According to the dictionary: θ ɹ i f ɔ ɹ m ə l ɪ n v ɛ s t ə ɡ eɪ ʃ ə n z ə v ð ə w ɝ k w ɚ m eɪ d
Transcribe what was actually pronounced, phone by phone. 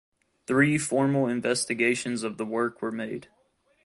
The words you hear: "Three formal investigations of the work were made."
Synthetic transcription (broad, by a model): θ ɹ i f ɔ ɹ m l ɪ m v ɛ s t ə ɡ eɪ ʃ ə n z ə v ð ə w ɝ k w ɚ m eɪ d